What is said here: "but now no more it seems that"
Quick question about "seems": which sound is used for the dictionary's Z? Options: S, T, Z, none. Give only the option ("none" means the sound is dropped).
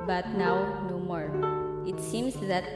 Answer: S